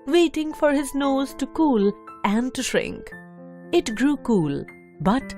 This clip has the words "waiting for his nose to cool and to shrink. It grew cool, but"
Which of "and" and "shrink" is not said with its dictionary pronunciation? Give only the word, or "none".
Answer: none